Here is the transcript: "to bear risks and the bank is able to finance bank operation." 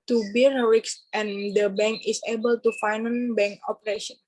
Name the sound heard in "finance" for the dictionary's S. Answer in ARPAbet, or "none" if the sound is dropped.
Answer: none